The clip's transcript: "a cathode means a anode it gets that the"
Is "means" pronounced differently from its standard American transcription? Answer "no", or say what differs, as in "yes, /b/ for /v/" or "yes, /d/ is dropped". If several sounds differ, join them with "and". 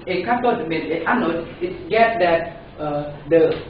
yes, /z/ is dropped